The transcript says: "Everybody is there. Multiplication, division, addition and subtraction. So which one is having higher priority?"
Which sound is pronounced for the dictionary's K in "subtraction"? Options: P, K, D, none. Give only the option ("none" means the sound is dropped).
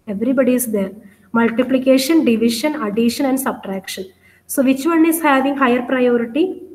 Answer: K